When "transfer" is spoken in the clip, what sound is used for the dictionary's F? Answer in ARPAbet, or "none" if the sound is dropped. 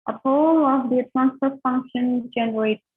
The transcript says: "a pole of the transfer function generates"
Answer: P